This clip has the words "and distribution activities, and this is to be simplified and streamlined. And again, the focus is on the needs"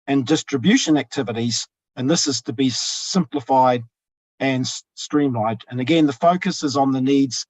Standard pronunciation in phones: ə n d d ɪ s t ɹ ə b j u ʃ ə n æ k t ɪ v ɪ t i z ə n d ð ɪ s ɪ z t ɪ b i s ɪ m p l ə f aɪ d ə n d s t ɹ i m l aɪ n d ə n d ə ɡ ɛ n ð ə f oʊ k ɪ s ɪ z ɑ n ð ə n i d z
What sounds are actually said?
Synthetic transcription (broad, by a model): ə n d d ɪ s t ɹ ə b j u ʃ ə n æ k t ɪ v ɪ t i z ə n ð ɪ s ɪ z t ɪ b i s ɪ m p l ə f aɪ d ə n s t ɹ i m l aɪ d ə n ə ɡ ɛ n ð ə f oʊ k ɪ s ɪ z n ð ə n i d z